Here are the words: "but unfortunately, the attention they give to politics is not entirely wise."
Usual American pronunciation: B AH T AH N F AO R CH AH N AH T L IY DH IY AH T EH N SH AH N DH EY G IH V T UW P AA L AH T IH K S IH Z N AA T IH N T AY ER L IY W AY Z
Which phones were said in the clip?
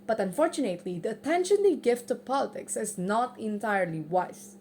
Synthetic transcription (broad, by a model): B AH T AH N F AO R CH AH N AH T L IY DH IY AH T EH N SH AH N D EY G IH V T UW P AA L AH T IH K S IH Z N AA T IH N T AY ER L IY W AY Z